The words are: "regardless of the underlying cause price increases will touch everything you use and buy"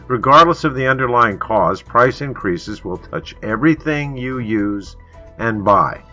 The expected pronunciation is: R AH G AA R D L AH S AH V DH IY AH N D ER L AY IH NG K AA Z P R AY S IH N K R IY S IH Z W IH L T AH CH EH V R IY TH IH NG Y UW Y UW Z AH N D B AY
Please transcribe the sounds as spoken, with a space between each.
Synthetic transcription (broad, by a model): R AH G AA R D L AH S AH V DH IY AH N D ER L AY IH NG K AA Z P R AY S IH N K R IY S IH Z W IH L T AH CH EH V R IY TH IH NG Y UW Y UW Z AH N B AY